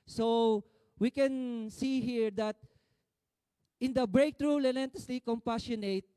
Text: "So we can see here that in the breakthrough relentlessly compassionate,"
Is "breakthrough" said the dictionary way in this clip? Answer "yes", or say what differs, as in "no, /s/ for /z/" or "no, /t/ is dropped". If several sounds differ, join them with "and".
no, /t/ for /θ/